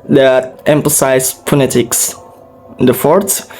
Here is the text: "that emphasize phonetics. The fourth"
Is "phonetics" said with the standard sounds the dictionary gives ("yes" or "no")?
no